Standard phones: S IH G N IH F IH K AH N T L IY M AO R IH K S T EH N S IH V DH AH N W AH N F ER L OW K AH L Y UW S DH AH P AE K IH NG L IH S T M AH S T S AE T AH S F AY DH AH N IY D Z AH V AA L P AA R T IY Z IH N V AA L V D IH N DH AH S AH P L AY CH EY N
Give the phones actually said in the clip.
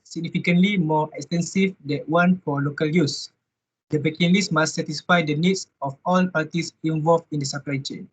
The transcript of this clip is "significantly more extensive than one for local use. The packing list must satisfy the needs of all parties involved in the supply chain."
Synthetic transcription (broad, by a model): S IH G N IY F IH K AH N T L IY M AO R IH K S T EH N S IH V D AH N W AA N F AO L OW K AH L Y UW S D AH B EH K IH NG L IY S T M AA S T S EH T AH S F AY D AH N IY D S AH F AA L P AA T IY S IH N V AA L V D IH N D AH S AH P L AY CH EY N